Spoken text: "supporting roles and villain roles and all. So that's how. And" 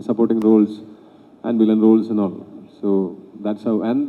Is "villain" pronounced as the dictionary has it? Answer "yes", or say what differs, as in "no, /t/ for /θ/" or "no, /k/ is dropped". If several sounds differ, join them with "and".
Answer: no, /b/ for /v/